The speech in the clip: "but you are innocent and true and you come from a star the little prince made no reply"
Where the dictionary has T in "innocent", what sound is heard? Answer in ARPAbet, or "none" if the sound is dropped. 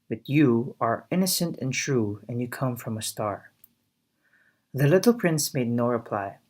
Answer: T